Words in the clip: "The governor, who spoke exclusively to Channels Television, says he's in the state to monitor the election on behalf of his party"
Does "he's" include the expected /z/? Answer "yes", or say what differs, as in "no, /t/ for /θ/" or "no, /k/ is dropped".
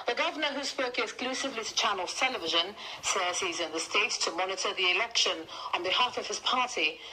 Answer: yes